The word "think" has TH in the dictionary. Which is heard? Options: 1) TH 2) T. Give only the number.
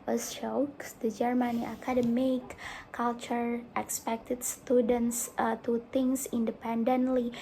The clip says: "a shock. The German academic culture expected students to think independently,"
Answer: 2